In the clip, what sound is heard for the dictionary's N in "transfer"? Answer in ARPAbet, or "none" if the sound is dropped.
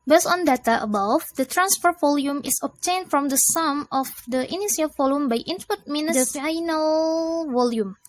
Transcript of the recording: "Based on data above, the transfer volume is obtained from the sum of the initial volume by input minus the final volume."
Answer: N